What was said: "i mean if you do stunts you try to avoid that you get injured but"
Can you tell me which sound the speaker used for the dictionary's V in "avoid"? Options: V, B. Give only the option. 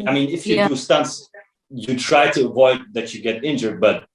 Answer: V